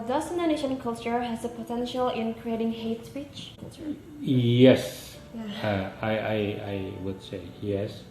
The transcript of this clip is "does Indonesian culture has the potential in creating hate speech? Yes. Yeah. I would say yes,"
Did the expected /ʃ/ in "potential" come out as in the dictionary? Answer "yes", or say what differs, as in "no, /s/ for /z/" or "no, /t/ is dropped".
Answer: yes